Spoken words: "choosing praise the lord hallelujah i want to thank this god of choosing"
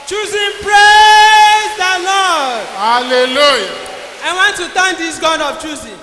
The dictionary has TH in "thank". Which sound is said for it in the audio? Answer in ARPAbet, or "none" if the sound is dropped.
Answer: T